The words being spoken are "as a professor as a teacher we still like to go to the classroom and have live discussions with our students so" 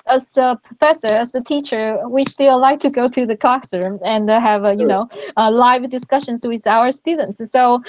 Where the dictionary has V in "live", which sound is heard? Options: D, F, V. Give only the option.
V